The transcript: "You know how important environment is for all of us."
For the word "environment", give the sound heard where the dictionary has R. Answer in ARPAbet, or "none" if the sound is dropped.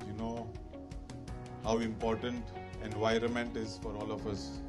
R